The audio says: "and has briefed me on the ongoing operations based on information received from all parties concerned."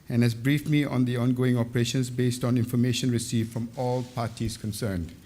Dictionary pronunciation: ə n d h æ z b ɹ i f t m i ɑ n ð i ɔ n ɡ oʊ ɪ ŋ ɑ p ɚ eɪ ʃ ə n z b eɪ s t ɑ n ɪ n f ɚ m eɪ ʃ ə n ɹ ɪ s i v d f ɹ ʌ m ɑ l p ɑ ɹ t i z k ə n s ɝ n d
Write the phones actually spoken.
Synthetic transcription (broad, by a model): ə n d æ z b ɹ i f m i ɑ n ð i ɔ n ɡ oʊ ɪ ŋ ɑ p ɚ eɪ ʃ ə n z b eɪ s t ɑ n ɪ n f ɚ m eɪ ʃ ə n ɹ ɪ s i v f ɹ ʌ m ɑ l p ɑ t i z k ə n s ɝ n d